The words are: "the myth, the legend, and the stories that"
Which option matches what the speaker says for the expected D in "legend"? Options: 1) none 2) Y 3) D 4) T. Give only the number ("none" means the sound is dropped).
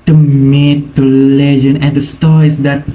1